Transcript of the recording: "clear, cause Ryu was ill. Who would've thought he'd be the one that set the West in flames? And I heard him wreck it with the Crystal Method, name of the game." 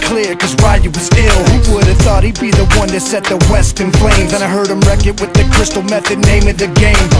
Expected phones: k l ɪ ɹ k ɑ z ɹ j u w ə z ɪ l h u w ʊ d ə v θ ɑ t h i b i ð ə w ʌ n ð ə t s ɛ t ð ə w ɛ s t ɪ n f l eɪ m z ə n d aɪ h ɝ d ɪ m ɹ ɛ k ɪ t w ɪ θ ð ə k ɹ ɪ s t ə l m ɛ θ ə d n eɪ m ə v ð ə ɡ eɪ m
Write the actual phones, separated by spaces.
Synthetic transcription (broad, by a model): k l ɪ ɹ k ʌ z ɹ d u w ə z ɪ l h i w ʊ d ə v θ ɑ t h i b i ð ə w ʌ n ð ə t s ɛ t ð ə w ɛ s t ɪ n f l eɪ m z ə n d aɪ h ɝ d ɪ m ɹ ɛ k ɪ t w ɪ ð ə k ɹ ɪ s t l m ɛ θ ə d n eɪ m ə v ð ə ɡ eɪ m